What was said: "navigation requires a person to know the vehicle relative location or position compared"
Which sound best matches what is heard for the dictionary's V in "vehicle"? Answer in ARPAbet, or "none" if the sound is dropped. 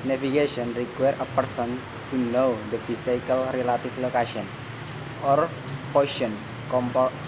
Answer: F